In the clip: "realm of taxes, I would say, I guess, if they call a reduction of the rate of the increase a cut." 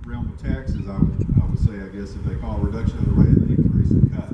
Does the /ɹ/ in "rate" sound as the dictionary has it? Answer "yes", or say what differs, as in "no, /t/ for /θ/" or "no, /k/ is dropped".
no, /w/ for /ɹ/